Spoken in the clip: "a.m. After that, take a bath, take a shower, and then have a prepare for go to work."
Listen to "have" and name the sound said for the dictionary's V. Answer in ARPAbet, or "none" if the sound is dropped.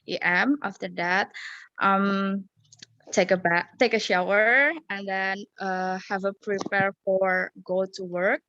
V